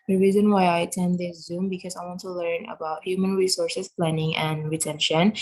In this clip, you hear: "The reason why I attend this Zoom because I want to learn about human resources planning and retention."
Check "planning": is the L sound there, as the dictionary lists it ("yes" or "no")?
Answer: yes